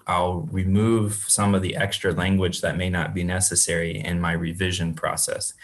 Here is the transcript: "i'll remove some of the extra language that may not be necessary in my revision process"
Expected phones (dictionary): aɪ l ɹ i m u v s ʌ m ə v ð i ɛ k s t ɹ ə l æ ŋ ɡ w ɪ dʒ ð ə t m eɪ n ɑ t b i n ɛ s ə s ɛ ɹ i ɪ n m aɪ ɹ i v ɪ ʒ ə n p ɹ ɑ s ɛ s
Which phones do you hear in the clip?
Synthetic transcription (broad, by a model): aɪ l ɹ i m u v s ʌ m ə v ð i ɛ k s t ɹ ə l æ ŋ ɡ w ɪ dʒ ð ə t m eɪ n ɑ t b i n ɛ s ə s ɛ ɹ i ɪ n m aɪ ɹ i v ɪ ʒ ə n p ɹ ɑ s ɛ s